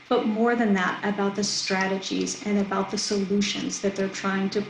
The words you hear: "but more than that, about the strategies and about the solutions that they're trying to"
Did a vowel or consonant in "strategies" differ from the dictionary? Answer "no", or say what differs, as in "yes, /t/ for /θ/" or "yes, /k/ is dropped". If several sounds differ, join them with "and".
no